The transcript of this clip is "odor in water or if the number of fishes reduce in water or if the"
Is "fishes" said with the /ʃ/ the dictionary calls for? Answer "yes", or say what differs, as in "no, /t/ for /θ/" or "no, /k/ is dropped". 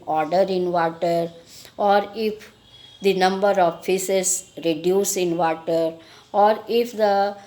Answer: no, /s/ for /ʃ/